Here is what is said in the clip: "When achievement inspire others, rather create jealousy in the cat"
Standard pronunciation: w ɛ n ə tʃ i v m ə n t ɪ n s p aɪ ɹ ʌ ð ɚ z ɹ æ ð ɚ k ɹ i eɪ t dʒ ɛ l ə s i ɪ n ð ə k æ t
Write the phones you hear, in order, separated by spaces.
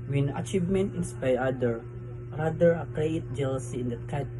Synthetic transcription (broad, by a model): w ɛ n ə tʃ i v m ə n t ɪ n s p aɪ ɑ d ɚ ɹ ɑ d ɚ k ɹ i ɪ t dʒ ɛ l ə s i ɪ n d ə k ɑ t